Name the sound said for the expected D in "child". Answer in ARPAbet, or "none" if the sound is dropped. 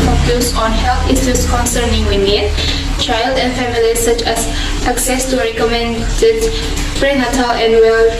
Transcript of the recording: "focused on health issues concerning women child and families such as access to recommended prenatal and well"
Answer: D